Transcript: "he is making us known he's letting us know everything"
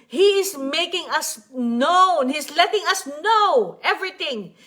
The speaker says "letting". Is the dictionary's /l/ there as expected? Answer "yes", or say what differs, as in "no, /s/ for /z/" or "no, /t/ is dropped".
yes